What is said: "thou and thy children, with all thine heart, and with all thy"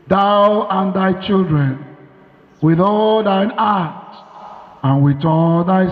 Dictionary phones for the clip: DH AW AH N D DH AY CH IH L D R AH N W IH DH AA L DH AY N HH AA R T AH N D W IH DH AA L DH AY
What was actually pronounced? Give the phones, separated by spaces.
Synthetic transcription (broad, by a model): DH AW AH N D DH AY CH IH L D R AH N W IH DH AA L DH AY N AA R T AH N W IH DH AA L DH AY